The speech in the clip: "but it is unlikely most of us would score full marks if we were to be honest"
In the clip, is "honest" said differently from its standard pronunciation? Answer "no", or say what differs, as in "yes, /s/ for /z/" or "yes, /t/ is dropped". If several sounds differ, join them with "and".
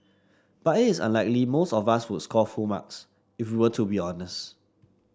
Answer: no